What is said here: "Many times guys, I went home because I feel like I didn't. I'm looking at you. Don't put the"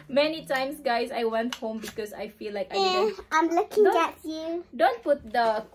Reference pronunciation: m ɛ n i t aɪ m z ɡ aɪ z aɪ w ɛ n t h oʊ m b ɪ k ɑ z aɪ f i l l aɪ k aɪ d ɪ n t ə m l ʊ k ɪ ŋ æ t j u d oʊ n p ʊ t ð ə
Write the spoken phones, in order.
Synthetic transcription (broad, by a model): m ɛ n i t aɪ m s ɡ aɪ s aɪ w ɛ n t h oʊ m b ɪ k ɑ s aɪ f i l l aɪ k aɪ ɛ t ə m l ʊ k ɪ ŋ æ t j u d oʊ n p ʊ t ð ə